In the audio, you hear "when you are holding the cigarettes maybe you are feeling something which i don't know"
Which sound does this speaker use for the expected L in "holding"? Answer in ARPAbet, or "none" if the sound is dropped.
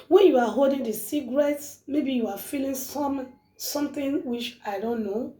L